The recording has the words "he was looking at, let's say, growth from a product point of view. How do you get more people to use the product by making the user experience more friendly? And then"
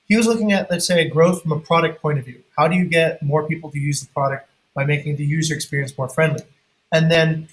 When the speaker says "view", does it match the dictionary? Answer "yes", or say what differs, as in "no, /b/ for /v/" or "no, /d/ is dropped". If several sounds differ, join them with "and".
yes